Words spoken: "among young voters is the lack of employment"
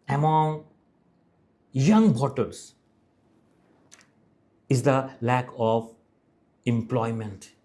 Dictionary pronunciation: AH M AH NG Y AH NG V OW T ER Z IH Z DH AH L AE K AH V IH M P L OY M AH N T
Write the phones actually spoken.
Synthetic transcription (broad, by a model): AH M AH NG Y AH NG B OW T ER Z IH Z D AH L AE K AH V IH M P L OY M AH N T